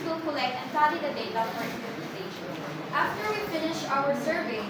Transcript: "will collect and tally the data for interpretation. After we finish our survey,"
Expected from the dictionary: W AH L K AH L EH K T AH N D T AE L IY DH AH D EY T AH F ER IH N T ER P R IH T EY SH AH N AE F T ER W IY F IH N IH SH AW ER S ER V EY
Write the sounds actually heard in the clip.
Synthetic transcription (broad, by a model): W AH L K AH L EH K T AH N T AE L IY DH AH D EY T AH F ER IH T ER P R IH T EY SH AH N AE F T ER W IY F IH N IH SH AW ER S ER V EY